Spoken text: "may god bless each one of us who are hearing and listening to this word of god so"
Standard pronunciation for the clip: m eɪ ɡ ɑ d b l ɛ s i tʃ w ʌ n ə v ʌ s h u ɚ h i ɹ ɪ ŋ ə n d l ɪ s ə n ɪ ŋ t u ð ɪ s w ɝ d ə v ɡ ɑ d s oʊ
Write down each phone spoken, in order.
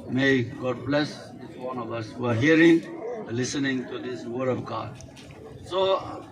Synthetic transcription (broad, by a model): m eɪ ɡ ɑ d b l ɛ s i s w ʌ n ə v ʌ s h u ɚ h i ɪ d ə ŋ l ɪ s ə n ɪ ŋ t u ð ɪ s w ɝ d ə v ɡ ɑ d s oʊ